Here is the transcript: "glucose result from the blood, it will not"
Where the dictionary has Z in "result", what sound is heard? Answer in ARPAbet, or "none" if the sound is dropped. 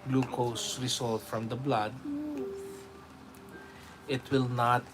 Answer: S